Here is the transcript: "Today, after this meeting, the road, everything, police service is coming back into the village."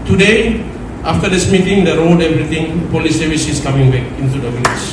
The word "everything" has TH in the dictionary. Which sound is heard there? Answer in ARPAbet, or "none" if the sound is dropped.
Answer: T